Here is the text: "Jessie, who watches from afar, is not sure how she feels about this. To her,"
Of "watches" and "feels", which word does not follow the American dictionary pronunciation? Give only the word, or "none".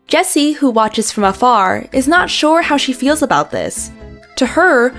none